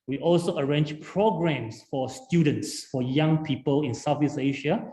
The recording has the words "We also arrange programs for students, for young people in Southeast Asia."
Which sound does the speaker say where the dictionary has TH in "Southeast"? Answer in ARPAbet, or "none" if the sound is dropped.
F